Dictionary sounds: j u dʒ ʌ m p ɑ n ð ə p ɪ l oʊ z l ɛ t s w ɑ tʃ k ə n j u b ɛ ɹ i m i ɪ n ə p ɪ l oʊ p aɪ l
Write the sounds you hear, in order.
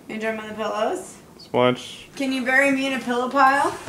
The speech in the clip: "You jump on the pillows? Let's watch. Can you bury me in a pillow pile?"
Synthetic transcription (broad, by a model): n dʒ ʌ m ɑ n ð ə p ɪ l oʊ z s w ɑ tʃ k ə n j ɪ b ɛ ɹ i m i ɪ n ə p ɪ l oʊ p aɪ l